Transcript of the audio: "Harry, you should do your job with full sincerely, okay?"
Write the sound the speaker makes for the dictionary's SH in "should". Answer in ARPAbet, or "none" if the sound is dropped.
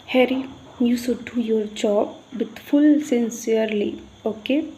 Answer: S